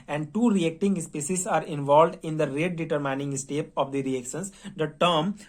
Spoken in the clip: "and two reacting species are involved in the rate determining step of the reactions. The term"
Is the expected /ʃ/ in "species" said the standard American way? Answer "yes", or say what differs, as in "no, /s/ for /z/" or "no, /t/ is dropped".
no, /s/ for /ʃ/